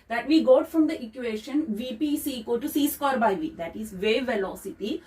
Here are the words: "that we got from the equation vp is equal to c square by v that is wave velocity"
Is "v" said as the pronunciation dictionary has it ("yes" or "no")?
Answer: yes